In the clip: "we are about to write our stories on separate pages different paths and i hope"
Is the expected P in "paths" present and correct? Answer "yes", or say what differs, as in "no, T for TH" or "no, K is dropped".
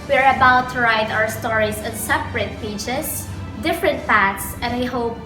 no, F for P